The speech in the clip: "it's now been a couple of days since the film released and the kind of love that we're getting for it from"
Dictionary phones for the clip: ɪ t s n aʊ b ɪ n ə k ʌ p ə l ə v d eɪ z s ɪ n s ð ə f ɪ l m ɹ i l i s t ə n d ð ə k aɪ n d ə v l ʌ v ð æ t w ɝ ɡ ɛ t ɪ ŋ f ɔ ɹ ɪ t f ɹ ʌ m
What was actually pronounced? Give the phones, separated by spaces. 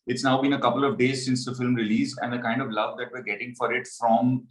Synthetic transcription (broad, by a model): ɪ t s n aʊ b ɪ n ə k ʌ p ə l ə v d eɪ z s ɪ n s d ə f ɪ l m ɹ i l i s ə n d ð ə k aɪ n d ə v l ʌ v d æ t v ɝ ɡ ɛ t ɪ ŋ f ɔ ɹ ɪ t f ɹ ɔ m